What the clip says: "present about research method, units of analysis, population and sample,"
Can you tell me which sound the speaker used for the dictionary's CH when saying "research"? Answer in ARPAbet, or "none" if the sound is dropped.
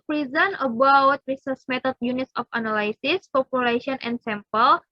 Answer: S